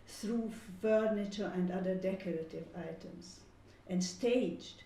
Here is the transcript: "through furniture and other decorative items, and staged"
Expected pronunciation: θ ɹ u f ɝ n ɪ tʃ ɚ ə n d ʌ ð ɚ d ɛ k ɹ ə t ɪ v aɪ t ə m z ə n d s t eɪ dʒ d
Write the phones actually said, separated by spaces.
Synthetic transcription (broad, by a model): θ ɹ u f ɝ n ɪ tʃ ɚ ə n d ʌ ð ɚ d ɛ k ɹ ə t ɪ v aɪ t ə m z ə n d s t eɪ dʒ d